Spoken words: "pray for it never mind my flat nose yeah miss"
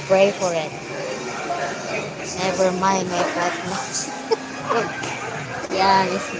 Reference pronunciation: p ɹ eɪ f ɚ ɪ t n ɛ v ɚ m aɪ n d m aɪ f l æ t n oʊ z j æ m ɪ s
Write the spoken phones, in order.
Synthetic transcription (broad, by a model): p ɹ eɪ f ɚ ɪ t n ɛ v ɚ m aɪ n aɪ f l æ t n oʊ j æ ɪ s